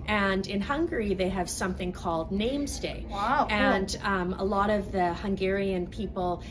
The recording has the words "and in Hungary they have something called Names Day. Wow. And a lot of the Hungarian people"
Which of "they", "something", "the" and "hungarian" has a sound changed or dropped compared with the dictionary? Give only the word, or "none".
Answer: none